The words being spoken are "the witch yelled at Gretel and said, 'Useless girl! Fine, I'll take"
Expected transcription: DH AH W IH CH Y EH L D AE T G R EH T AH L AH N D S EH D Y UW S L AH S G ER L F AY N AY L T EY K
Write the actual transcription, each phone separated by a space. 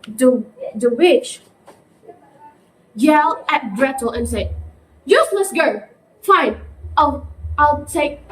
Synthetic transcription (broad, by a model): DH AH W IH CH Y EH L AE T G R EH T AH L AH N S EH D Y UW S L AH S G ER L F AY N AY L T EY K